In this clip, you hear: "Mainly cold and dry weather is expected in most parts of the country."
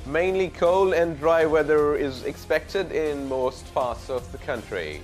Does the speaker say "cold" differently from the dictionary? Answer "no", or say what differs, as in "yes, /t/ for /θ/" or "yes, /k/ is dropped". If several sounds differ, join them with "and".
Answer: yes, /d/ is dropped